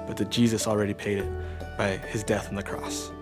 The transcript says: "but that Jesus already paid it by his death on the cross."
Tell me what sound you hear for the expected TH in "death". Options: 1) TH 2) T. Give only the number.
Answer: 1